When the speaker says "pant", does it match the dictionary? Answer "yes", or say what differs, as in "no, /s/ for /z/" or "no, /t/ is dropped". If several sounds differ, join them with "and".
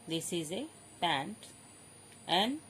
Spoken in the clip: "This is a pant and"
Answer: yes